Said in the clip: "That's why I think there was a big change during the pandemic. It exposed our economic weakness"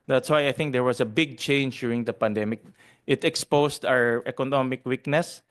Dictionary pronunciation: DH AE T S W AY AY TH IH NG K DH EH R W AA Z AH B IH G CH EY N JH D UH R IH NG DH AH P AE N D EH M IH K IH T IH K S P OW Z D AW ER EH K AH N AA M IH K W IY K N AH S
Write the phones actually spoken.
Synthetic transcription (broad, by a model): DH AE T S W AY AY TH IH NG K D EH R W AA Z AH B IH G CH EY N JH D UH R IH NG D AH P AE N D EH M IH K IH T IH K S P OW S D AW ER EH K AH N AA M IH K W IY K N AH S